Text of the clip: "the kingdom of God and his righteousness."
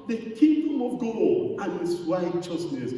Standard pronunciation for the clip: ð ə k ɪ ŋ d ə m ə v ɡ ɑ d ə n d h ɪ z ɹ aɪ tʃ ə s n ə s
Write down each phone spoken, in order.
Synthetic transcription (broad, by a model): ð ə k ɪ d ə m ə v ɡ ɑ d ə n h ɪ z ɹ aɪ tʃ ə s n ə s